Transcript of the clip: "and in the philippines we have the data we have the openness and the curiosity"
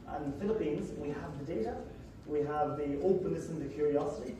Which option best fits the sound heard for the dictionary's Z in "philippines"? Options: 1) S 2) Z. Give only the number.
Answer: 2